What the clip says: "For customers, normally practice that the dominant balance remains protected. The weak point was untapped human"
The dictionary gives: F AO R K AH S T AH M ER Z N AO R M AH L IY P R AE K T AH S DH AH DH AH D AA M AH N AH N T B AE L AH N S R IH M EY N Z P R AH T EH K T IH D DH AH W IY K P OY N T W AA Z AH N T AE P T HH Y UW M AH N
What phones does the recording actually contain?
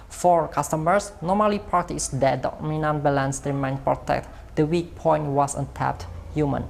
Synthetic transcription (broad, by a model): F AO R K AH S T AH M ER S N AO M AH L IY P R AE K T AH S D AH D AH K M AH N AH N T B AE L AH N S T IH M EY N P R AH T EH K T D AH W IY K P OY N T W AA S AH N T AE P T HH Y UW M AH N